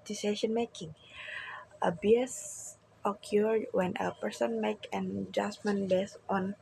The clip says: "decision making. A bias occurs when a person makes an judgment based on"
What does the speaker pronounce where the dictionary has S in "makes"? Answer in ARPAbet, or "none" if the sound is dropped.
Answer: none